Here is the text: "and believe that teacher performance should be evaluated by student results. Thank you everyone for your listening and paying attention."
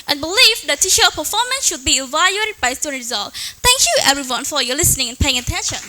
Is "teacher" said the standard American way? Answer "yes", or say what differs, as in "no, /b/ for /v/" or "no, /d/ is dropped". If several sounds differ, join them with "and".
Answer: no, /ʃ/ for /tʃ/